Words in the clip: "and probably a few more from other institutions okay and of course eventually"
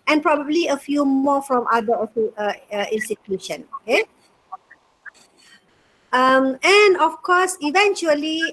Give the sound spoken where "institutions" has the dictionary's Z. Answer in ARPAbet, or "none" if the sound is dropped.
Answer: none